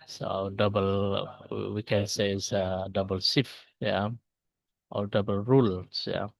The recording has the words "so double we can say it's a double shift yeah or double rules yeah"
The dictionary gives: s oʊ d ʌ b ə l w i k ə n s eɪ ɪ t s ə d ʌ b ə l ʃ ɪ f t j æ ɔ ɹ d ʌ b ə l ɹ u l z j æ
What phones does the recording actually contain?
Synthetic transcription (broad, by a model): s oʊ d ʌ b ə l w i k ə n s eɪ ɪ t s ə d ʌ b ə l s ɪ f j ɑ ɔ l d ʌ b ə l ɹ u l s j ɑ